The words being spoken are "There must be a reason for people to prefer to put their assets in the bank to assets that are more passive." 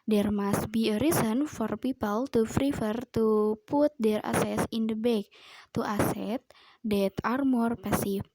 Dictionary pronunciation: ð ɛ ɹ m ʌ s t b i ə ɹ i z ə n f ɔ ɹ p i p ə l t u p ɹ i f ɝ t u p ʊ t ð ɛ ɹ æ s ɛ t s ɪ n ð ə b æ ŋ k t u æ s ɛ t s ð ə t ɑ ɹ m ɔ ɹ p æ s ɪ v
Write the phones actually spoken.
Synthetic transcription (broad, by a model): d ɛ ɹ m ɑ s t b i ə ɹ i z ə n f ɔ ɹ p i p ə l t u f ɹ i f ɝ t u p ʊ t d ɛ ɹ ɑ s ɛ s ɪ n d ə b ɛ k t u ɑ s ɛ t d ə t ɑ ɹ m ɔ ɹ p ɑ s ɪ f